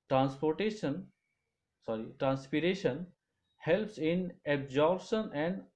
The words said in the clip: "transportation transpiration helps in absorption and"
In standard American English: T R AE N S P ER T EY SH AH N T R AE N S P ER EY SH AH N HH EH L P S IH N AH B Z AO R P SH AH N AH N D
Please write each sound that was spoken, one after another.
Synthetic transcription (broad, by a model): T R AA N S P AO T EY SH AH N T R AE N S P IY EY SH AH N HH EH L P S IH N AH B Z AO R B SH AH N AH N D